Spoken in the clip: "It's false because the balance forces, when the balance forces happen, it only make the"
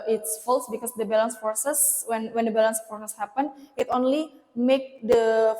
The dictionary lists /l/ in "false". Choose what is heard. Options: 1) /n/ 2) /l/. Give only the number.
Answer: 2